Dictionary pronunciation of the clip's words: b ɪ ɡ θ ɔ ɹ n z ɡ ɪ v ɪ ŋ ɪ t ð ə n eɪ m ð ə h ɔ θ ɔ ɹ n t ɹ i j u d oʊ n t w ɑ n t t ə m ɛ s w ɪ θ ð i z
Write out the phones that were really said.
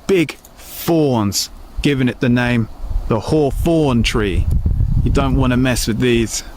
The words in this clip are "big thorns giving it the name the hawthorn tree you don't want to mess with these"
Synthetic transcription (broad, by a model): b ɪ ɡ f ɔ n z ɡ ɪ v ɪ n ɪ t ð ə n eɪ m ð ə h ɔ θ ɔ n t ɹ i j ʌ d oʊ n t w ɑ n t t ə m ɛ s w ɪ ð i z